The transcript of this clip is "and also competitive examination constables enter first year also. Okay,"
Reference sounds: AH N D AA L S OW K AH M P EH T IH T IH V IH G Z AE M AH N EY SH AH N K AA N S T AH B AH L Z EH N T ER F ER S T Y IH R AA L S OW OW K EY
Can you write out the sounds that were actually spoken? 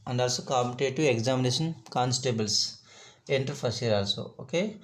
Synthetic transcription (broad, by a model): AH N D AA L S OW K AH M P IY T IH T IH IH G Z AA M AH N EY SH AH N K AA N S T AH B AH L S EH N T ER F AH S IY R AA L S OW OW K EY